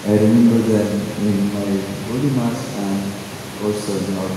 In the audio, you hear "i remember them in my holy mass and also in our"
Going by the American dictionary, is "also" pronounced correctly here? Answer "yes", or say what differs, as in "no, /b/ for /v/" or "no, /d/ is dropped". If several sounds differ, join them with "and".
no, /l/ is dropped